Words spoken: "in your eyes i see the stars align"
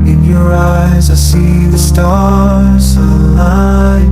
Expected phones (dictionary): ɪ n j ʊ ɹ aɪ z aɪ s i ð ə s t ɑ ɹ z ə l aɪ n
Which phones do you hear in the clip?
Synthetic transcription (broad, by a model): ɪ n j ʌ ɹ aɪ z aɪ s i ð ə s t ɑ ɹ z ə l aɪ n